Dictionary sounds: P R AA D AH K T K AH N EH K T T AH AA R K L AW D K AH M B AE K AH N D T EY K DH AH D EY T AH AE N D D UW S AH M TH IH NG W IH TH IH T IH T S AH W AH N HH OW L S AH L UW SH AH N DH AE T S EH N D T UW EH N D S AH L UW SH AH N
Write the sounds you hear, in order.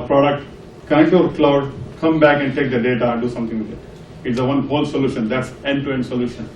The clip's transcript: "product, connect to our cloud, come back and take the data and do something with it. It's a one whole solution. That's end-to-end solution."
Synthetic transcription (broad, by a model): P R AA D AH K T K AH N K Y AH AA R K L AW D K AH M B AE K AH N D T EY K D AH D EY T AH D D UW S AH M T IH NG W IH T IH T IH T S AH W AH N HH OW L S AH L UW SH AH N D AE T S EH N T UW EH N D S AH L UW SH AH N